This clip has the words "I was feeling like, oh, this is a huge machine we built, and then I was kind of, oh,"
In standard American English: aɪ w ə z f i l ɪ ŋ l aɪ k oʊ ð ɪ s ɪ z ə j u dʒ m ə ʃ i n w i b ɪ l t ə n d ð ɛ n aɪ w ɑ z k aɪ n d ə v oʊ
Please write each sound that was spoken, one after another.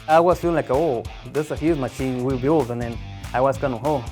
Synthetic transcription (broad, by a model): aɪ w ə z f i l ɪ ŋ l aɪ k oʊ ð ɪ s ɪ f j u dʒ m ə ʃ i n w i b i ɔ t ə n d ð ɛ n aɪ w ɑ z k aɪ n ə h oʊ